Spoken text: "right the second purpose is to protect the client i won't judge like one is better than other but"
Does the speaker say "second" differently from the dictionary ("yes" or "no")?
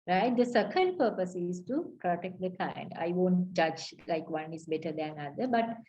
yes